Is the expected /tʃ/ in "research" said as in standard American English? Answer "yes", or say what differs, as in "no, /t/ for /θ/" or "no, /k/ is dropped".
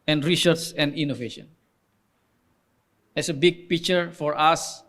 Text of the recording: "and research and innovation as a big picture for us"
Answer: no, /s/ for /tʃ/